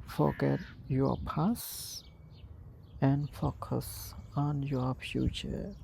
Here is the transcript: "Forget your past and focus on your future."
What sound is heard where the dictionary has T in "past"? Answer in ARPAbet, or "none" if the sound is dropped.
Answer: none